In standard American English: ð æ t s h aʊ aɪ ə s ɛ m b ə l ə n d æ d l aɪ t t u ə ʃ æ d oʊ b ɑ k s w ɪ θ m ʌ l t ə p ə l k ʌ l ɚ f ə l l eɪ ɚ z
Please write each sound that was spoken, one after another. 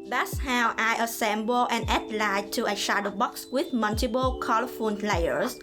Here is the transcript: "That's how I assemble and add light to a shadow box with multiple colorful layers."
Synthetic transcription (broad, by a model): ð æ t s h aʊ aɪ ə s ɛ m b ə l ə n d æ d l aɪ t t u ə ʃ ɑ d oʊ b ɑ k s w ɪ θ m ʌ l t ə b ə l k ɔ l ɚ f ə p l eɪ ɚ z